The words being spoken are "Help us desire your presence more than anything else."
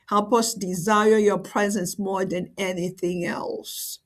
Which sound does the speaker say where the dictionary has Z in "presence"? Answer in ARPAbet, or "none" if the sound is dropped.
Z